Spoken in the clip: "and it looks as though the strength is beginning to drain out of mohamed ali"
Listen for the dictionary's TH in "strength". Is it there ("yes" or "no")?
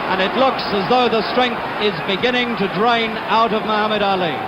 yes